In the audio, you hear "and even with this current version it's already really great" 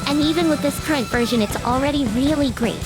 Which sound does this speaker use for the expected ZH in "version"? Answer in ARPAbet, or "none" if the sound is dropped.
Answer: ZH